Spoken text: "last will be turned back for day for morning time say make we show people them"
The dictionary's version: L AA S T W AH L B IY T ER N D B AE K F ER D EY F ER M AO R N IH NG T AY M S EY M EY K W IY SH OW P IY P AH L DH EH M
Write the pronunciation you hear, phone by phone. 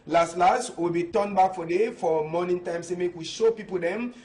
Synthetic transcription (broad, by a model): L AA S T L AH W B IY T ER N B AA K F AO D EY F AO M AO N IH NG T AY M S EY M EY K W IY SH OW P IY P AH L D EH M